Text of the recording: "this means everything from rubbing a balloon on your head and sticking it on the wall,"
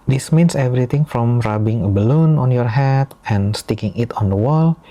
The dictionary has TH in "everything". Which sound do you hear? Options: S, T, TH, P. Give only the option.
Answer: T